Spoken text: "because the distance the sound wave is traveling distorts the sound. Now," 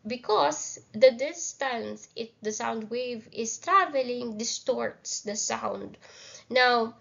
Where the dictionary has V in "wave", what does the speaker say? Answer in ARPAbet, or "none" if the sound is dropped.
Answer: V